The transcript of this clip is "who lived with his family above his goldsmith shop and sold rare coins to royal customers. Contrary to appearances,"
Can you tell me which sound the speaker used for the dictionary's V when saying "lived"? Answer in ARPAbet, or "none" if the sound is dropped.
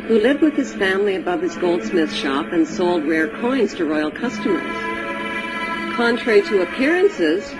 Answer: V